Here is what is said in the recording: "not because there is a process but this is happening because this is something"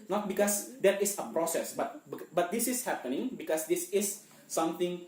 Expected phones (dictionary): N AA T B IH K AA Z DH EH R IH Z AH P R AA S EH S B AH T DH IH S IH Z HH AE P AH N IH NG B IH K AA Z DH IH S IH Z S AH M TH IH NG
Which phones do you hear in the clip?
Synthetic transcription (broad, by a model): N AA T B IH K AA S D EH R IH S AH P R AA S EH S B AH T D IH S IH S HH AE P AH N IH NG B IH K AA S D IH S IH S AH M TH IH NG